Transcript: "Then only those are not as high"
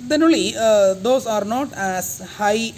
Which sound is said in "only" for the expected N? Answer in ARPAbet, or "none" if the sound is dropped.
none